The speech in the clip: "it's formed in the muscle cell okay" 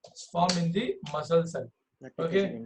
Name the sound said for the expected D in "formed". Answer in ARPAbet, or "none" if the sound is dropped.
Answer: none